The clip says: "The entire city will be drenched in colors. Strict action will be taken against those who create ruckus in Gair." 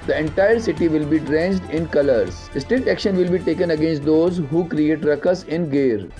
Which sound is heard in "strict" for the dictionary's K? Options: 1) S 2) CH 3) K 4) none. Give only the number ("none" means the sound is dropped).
4